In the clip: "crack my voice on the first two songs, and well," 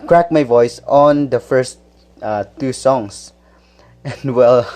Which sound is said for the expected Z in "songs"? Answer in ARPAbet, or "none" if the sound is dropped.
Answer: S